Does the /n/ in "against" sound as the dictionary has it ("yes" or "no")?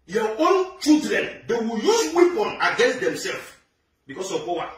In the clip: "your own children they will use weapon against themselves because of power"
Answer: yes